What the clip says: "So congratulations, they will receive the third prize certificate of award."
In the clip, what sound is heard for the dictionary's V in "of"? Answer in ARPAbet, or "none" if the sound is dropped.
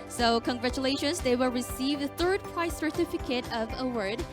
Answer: V